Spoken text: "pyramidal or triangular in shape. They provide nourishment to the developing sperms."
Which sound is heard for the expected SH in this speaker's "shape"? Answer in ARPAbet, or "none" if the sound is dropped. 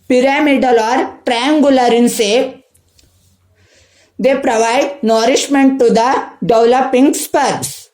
S